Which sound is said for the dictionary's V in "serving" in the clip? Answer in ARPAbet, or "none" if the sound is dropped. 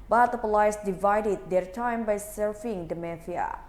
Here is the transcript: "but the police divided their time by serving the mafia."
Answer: F